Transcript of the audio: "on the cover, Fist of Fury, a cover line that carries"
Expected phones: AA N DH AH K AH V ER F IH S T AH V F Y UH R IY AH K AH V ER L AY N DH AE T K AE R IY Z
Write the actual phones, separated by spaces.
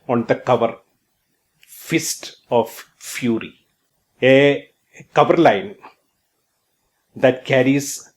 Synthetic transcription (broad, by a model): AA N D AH K AH V ER F IH S T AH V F Y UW R IY AH K AH V ER L AY N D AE T K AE R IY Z